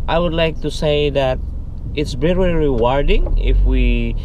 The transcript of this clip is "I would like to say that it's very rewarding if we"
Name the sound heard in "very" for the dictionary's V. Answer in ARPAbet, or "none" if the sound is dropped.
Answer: B